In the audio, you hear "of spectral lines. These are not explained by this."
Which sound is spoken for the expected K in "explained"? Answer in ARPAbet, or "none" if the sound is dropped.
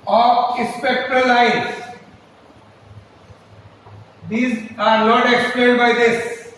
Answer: K